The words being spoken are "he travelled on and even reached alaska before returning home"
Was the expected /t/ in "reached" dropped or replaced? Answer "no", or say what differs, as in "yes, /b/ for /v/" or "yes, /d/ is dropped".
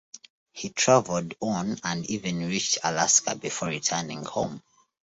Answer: no